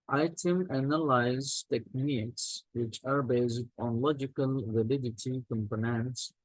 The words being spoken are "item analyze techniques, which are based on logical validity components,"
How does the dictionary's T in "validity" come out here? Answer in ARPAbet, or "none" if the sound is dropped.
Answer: T